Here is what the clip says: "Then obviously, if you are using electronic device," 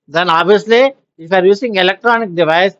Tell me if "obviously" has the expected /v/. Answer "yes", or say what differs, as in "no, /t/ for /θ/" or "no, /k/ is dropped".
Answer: no, /v/ is dropped